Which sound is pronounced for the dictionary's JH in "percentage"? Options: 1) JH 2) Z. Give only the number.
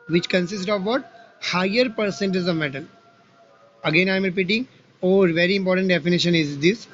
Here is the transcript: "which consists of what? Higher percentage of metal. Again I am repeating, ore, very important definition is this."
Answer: 2